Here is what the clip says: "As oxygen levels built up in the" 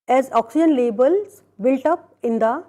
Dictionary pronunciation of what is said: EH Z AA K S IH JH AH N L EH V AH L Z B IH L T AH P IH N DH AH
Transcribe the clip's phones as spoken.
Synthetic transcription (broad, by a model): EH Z AA K S IH JH AH N L EH B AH L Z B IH L T AH P IH N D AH